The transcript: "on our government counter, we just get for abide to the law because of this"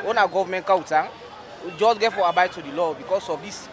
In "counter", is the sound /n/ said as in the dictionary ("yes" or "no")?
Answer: no